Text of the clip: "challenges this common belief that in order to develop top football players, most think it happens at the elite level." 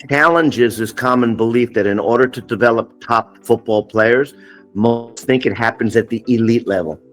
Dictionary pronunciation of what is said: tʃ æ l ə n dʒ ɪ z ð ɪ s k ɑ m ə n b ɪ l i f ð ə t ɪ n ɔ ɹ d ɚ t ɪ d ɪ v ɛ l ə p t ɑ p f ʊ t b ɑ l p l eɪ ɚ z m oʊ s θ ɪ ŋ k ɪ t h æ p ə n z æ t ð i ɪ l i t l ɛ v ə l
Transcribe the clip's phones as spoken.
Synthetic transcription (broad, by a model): tʃ æ l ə n dʒ ɪ z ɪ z k ɑ m ə n b ɪ l i f ð ə t ɪ n ɔ ɹ d ɚ t ɪ d ɪ v ɛ l ə p t ɑ p f ʊ t b ɑ l p l eɪ ɚ z m oʊ s θ ɪ ŋ k ɪ t h æ p ə n z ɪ t ð i ɪ l i t l ɛ v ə l